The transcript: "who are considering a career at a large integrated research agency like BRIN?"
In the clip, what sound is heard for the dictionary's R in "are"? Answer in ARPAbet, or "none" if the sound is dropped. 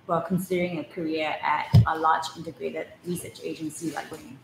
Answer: L